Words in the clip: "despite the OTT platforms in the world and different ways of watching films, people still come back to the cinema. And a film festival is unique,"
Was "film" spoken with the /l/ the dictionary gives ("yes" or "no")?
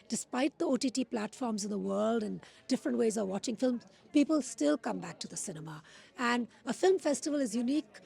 yes